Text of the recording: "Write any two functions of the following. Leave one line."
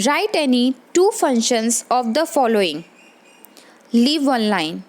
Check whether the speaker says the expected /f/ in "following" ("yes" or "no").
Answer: yes